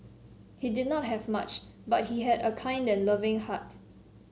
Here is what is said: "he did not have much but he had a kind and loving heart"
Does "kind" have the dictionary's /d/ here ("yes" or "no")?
yes